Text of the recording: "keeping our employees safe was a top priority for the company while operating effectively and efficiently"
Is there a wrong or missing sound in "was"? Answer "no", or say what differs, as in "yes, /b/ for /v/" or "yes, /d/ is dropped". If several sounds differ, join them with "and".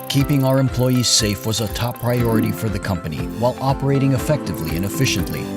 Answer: no